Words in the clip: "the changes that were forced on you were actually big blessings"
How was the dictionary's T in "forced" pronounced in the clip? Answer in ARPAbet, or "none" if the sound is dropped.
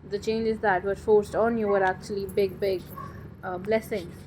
T